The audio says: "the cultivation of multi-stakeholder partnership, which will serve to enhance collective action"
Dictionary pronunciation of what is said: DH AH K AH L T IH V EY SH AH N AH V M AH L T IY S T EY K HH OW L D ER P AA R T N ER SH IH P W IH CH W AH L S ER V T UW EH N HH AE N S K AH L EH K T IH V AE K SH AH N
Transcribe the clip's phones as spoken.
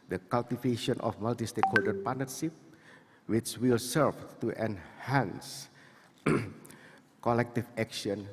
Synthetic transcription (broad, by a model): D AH K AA L T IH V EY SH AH N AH F M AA L T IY S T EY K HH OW D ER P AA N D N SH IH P W IH CH W AH L S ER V T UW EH N HH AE N S K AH L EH K T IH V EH K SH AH N